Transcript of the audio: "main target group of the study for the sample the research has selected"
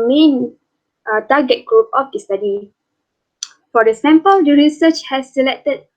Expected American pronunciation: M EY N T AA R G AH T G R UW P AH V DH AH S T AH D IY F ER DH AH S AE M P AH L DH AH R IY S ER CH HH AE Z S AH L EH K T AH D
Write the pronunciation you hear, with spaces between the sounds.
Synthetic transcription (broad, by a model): M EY N T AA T G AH T G R UW P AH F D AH S T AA D IY F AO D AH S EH M P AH L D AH R IY S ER CH HH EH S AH L EH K T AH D